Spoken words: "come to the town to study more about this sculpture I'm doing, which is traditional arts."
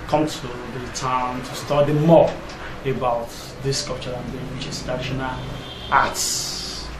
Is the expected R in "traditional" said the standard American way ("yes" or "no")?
no